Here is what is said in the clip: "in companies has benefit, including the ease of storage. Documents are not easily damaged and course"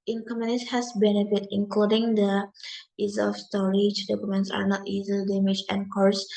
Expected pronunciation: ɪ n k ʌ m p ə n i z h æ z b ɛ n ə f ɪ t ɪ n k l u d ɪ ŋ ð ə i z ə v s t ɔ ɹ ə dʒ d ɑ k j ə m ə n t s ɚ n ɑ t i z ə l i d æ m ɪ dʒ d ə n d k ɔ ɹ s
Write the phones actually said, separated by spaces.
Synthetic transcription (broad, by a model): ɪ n k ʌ m ə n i s h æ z b ɛ n ə f ɪ t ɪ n k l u d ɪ ŋ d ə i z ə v s t ɔ ɹ ə dʒ d ɑ k j ə m ə n t s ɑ n ɑ t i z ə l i d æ m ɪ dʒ ə n k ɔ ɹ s